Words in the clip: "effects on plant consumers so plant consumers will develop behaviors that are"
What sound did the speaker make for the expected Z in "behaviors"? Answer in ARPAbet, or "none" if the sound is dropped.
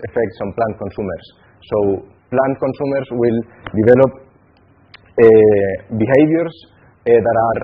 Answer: S